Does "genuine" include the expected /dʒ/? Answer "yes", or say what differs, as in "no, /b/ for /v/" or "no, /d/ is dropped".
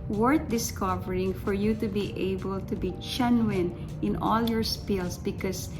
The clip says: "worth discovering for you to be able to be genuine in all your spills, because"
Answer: no, /tʃ/ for /dʒ/